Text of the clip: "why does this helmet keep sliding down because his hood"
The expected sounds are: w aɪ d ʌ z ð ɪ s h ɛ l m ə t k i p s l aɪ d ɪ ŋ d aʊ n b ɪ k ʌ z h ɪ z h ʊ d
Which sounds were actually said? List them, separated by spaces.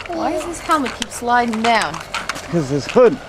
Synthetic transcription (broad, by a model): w aɪ d ʌ z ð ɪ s h ɛ l m ə t k i p s l aɪ d ɪ ŋ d aʊ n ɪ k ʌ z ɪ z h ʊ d